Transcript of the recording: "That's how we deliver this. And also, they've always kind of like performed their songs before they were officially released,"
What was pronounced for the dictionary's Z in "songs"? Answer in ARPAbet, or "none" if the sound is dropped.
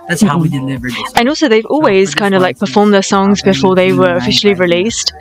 Z